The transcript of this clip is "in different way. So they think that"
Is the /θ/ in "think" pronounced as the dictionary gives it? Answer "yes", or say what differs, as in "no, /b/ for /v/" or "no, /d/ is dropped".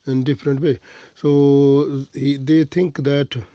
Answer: no, /t/ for /θ/